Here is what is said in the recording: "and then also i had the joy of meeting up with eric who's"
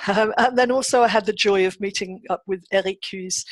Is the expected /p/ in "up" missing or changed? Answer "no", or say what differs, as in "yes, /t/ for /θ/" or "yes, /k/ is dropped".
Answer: no